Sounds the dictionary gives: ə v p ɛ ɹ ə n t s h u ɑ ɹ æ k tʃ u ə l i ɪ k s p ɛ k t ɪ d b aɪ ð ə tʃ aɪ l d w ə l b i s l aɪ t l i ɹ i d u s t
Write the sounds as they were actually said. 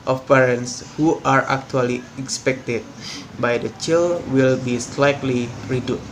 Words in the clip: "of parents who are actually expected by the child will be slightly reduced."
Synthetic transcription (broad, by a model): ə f p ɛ ɹ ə n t s h u ɑ ɹ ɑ k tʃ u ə l i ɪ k s p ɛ k t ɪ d b aɪ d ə tʃ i l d w ə l b i s l aɪ t l i ɹ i d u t